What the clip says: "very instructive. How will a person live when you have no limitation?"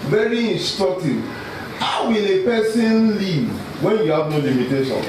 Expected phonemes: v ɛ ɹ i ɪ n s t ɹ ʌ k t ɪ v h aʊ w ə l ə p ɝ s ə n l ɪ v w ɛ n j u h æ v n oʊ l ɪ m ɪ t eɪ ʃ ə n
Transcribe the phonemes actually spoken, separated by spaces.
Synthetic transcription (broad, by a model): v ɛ ɹ i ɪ n s t ɹ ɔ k t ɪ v h aʊ w ə l ə p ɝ s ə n l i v w ɛ n j u h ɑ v n oʊ l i m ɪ t eɪ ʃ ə n